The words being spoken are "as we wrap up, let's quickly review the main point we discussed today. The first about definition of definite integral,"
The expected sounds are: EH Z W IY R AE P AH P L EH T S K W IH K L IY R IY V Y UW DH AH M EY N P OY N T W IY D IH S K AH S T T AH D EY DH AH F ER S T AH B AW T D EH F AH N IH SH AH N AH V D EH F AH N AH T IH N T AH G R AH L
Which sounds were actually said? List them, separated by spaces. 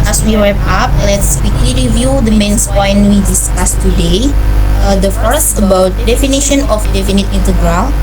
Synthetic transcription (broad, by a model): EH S W IY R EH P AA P L EH T S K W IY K L IY R IY V Y UW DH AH M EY N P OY N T W IY D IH S K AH S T T AH D EY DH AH F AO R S AH B AW T D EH F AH N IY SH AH N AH F D EH F AH N AH T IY N T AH G R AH L